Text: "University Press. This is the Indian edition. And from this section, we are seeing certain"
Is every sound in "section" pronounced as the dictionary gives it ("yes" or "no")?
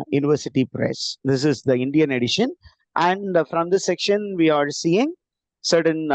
yes